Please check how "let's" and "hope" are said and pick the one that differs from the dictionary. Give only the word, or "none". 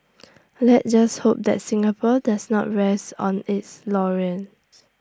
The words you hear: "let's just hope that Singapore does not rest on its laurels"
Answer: let's